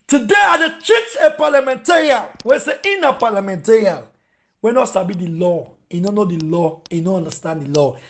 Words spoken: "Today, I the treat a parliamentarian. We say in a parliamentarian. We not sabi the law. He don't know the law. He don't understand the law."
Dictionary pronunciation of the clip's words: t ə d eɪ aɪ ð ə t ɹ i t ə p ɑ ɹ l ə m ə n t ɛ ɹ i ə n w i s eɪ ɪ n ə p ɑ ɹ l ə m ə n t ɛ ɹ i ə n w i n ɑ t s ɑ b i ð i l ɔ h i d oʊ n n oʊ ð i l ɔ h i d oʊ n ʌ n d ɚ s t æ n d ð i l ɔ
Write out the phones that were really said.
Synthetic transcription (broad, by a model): t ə d eɪ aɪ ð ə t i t ə p ɑ l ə m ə n t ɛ ɹ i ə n w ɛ s eɪ ɪ n ə p ɑ l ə m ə n t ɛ ɹ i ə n w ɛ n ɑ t s ɑ b i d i l ɔ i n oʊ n n oʊ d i l ɔ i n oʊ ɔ n d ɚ s t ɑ n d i l ɔ